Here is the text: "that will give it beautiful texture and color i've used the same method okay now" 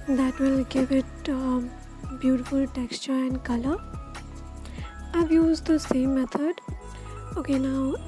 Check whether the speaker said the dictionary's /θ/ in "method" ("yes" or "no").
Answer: no